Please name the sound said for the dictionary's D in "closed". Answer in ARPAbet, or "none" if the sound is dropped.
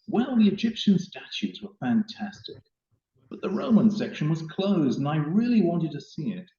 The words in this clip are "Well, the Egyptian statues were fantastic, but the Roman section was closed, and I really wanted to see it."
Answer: D